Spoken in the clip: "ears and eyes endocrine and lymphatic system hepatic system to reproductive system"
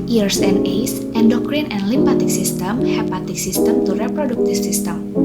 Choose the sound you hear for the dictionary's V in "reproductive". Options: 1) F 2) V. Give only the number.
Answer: 1